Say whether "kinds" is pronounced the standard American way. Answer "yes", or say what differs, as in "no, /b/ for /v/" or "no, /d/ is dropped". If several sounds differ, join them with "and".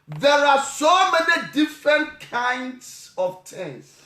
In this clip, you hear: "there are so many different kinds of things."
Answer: no, /s/ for /z/